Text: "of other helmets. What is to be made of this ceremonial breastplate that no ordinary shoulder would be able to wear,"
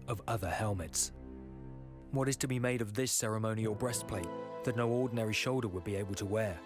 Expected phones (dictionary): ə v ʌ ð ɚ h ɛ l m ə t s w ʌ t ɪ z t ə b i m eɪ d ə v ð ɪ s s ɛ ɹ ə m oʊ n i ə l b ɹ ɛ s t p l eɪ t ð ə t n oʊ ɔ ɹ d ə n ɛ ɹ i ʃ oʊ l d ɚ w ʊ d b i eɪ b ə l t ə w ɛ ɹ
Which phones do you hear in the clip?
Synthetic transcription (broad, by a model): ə v ʌ ð ɚ h ɛ l m ə t s w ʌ t ɪ z t ə b i m eɪ d ə v ð ɪ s s ɛ ɹ ə m oʊ n i ə l b ɹ ɛ s p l eɪ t ð ə t n oʊ ɔ ɹ d n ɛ ɹ i ʃ oʊ l d ɚ w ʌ d b i eɪ b ə l t ə w ɛ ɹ